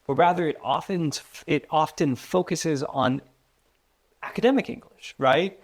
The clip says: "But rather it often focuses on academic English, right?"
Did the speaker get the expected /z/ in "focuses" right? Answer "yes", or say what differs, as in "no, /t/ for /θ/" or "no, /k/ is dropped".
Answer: yes